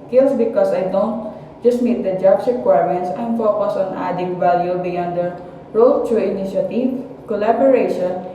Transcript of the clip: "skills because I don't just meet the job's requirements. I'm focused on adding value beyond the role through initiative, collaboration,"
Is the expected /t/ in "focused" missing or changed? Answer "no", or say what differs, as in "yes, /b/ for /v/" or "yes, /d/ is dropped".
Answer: yes, /t/ is dropped